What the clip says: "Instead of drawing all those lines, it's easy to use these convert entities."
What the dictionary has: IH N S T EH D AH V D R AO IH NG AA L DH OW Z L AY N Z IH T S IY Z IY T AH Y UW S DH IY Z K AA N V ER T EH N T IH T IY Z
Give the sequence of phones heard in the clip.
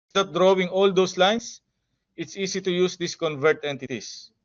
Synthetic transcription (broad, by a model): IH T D D R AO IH NG AA L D OW S L AY N S IH T S IY S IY T AH Y UW S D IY S K AA N V ER T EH N T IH T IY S